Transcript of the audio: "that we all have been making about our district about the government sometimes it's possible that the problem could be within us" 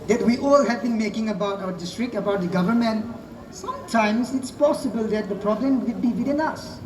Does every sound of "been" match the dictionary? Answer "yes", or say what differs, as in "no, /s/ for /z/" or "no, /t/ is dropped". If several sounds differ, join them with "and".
yes